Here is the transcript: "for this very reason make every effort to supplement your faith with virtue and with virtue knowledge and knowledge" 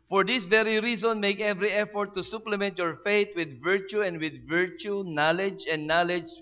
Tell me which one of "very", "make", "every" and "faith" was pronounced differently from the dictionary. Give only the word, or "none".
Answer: faith